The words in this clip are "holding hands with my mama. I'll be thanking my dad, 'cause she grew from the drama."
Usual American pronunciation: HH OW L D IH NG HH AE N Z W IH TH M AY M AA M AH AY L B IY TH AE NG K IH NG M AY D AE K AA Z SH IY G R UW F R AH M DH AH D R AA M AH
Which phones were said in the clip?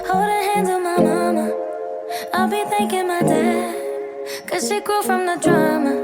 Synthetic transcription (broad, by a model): HH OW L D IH HH AE N Z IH M AY M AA M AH AY L B IY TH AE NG K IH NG M AY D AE K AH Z SH IY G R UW F R AH M DH AH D R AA M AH